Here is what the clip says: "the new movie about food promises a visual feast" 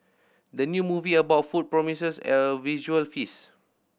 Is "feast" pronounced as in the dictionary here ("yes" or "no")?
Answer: no